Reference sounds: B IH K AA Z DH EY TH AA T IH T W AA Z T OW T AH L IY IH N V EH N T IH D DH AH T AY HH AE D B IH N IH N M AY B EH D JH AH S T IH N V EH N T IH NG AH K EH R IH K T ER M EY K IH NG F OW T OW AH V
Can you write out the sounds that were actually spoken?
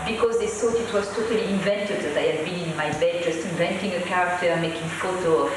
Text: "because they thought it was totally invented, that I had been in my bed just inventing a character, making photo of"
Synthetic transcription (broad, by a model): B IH K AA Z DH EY S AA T IH T W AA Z T OW T AH L IY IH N V EH N T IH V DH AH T AY HH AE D B IH N IH N M AY B EH D JH AH S T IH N V EH N T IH NG AH K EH R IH K T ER M EY K IH NG F OW T OW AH